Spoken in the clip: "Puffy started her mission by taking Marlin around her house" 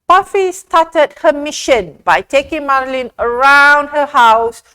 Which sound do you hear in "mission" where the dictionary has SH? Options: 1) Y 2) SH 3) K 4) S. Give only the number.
2